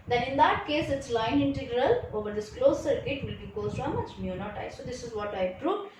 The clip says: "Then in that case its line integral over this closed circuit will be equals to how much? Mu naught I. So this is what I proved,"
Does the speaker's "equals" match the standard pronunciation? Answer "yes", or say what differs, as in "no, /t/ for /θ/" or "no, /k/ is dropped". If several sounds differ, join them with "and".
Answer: no, /l/ is dropped